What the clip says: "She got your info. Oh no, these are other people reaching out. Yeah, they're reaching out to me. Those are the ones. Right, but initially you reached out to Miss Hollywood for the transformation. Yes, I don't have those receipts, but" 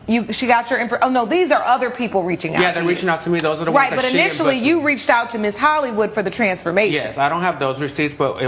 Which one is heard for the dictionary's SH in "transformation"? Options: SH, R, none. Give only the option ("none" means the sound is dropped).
none